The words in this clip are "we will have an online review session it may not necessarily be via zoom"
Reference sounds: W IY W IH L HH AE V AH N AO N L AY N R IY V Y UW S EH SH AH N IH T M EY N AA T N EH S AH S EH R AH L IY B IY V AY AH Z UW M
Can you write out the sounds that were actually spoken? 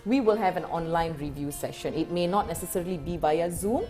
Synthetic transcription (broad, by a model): W IY W IH L HH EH V AH N AO N L AY N R IY V Y UW S EH SH AH N IH T M EY N AA T N EH S AH S EH R AH L IY B IY B AY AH Z UW M